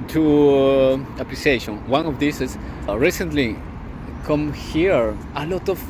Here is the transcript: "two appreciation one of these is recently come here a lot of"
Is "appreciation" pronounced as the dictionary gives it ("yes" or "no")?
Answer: no